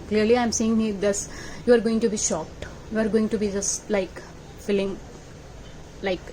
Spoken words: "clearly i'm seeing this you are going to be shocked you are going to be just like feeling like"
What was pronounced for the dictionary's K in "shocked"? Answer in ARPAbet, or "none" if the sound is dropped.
K